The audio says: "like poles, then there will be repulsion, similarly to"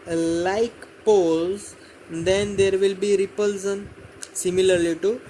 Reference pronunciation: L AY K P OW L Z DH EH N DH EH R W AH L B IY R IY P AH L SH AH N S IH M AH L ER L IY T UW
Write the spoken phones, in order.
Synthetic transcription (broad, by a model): L AY K P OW L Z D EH N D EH R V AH L B IY R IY P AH L S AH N S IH M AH L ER L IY T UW